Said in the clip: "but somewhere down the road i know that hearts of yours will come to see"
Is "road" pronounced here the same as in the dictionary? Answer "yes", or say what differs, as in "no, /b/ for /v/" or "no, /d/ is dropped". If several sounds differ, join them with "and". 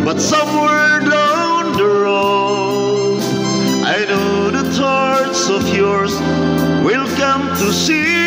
no, /d/ is dropped